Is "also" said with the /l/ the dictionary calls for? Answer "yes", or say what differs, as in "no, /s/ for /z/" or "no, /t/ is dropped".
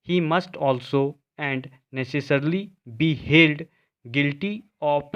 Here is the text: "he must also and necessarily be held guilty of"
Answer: yes